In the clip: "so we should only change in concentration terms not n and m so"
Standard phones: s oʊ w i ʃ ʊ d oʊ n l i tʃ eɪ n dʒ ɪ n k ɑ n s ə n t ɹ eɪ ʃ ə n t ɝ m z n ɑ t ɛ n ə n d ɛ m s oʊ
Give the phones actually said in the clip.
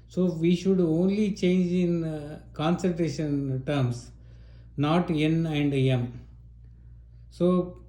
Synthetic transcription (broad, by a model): s oʊ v i ʃ ʊ d oʊ n l i tʃ eɪ n dʒ ɪ n k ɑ n s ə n t ɹ eɪ ʃ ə n t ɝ m s n ɑ t ɛ n ə n d ɛ m s oʊ